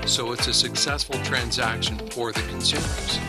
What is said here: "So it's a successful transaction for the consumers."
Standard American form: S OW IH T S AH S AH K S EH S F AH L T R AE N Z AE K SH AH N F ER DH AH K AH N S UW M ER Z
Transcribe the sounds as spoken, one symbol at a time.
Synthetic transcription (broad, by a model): S OW IH T S AH S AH K S EH S F L T R AE N Z AE K SH AH N F ER DH AH K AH N S UW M ER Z